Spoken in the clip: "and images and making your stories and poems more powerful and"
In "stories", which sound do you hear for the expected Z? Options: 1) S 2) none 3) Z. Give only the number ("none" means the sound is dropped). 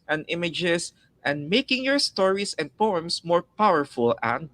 1